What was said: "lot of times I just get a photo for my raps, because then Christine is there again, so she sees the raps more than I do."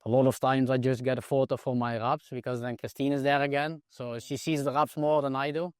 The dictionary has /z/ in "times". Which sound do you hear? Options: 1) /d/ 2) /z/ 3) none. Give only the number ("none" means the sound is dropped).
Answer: 2